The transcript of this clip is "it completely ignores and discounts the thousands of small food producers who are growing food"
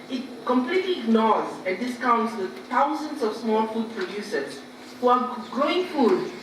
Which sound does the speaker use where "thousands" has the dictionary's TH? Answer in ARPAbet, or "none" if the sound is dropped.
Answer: T